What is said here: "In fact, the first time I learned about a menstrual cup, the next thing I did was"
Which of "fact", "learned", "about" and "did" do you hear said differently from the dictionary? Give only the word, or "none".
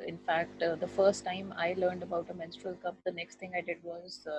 none